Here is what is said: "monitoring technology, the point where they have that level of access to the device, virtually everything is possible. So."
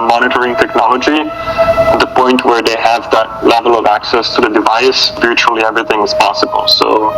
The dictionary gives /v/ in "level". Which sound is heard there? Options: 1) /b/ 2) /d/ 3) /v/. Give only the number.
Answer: 3